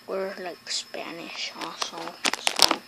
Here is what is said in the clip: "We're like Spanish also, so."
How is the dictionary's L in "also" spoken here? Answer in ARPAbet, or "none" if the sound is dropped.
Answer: none